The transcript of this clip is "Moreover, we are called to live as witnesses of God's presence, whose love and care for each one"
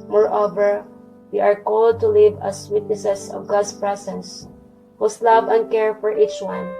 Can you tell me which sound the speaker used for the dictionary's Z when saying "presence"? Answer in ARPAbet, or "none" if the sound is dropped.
S